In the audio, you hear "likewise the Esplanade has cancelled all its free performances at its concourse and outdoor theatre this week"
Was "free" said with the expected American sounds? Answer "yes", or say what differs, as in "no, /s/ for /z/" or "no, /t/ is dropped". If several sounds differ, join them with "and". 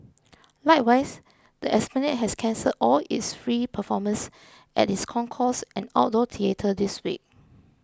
yes